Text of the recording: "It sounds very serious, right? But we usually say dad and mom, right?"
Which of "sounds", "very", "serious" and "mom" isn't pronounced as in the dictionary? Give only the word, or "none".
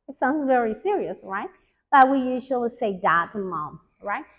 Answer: none